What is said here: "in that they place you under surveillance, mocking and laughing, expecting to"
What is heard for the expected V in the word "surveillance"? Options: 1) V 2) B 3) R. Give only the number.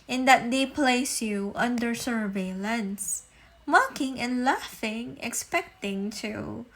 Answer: 1